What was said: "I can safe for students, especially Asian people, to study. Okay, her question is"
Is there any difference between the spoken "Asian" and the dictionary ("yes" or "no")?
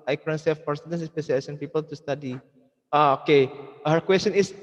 yes